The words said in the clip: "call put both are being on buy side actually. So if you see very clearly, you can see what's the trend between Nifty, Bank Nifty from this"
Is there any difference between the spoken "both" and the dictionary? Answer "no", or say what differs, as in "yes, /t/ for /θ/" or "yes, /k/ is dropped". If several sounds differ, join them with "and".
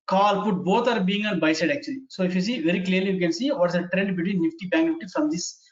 yes, /t/ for /θ/